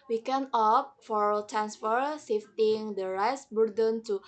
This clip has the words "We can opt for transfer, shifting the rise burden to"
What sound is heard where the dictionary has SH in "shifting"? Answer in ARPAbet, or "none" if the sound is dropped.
S